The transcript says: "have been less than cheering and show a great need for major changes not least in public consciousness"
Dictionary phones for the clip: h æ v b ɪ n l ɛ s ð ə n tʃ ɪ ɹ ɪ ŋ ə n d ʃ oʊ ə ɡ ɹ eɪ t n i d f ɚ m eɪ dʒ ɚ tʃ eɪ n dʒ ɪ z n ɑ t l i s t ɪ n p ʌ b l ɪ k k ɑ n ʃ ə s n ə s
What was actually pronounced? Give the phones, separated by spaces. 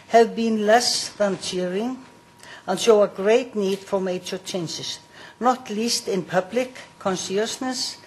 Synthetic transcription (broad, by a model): h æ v b ɪ n l ɛ s ð ə n tʃ ɪ ɹ ɪ ŋ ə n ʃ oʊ ə ɡ ɹ eɪ t n i d f ɚ m eɪ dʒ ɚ tʃ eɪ n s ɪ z n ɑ t l i s t ɪ n p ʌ b l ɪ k k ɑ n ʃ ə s n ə s